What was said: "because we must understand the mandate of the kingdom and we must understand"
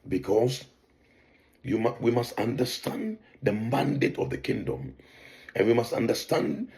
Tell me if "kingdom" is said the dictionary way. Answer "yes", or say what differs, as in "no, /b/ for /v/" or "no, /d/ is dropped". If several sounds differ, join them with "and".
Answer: yes